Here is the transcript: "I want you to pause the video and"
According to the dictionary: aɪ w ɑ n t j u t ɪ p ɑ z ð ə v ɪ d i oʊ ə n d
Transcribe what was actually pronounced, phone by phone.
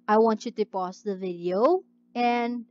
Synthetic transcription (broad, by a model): aɪ w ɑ n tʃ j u t ɪ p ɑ s ð ə v ɪ d i oʊ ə n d